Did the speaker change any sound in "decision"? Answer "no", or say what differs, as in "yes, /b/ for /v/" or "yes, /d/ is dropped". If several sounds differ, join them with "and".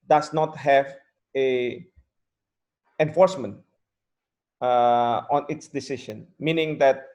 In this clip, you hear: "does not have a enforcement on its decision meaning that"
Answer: yes, /ʃ/ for /ʒ/